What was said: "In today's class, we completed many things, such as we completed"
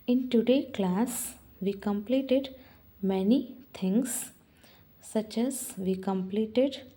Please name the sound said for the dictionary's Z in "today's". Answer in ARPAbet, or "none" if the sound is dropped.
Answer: none